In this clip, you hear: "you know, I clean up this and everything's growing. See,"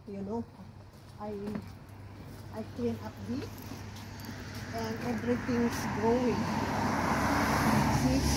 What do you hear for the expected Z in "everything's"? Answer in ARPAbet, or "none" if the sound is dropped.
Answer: S